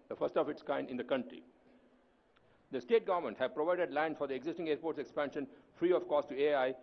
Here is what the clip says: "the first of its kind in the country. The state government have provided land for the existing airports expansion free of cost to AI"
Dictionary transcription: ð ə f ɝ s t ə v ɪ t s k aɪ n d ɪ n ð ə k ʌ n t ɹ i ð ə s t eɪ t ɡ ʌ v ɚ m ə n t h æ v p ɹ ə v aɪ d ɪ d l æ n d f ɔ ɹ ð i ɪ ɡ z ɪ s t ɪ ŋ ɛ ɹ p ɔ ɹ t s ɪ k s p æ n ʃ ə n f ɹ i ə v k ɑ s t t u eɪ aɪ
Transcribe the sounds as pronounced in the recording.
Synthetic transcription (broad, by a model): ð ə f ɝ s t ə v ɪ t s k aɪ n d ɪ n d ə k ʌ n t ɹ i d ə s t eɪ t ɡ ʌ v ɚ m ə n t h æ v p ɹ ə v aɪ d ɪ d l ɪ n f ɔ ɹ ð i ɪ ɡ z ɪ s t ɪ ŋ ɛ ɹ p ɔ ɹ t s ɪ k s p æ n ʃ ə n f ɹ i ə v k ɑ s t t u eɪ aɪ